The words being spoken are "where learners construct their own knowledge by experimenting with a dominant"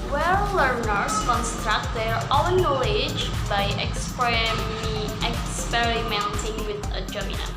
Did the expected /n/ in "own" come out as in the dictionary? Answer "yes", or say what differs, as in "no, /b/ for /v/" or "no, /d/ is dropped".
no, /l/ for /n/